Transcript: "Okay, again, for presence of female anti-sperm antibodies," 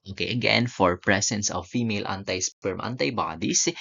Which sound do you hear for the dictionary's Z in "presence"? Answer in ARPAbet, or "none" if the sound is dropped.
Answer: S